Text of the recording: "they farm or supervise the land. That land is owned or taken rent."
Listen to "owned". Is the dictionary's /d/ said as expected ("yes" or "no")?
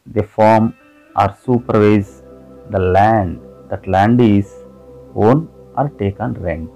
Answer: no